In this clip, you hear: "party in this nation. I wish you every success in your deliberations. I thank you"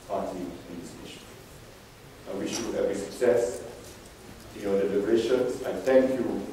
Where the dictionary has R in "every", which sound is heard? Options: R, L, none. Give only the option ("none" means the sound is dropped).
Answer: none